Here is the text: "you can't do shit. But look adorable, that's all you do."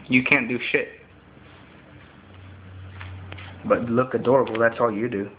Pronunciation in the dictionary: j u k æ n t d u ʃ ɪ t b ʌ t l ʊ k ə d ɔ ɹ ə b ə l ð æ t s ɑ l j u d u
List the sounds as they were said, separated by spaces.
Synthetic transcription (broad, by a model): j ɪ k æ n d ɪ ʃ ɪ t b ʌ t l ʊ k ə d ɔ ɹ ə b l ð æ t s ɑ l j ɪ d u